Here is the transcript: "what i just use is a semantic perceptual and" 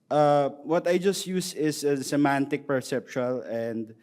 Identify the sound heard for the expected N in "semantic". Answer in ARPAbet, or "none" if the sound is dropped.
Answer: N